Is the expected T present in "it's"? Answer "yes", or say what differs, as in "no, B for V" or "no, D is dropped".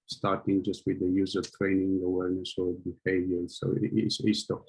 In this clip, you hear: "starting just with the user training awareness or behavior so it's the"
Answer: no, S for T